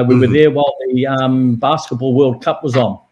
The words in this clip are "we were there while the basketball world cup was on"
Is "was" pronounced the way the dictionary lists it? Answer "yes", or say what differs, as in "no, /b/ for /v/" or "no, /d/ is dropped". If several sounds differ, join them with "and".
yes